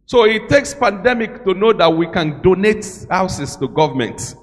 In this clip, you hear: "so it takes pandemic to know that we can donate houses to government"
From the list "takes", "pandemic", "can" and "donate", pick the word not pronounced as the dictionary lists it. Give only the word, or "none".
none